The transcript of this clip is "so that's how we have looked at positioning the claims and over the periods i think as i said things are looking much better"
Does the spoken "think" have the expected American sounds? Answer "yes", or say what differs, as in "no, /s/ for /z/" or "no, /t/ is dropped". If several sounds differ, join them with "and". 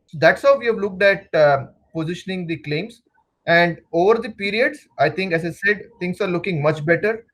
no, /t/ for /θ/